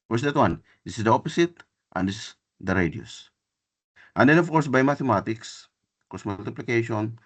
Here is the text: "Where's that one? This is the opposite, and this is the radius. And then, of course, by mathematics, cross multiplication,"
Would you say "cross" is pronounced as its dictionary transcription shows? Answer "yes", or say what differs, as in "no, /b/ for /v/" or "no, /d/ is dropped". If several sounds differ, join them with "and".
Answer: no, /ɹ/ is dropped